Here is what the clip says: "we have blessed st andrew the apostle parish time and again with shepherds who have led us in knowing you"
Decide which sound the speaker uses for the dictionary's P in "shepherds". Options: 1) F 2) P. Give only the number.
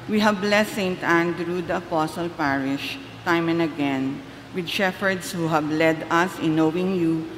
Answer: 1